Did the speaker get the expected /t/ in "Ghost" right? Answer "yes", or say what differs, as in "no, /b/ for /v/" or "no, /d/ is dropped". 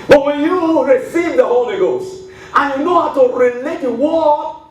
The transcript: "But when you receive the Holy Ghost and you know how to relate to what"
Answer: yes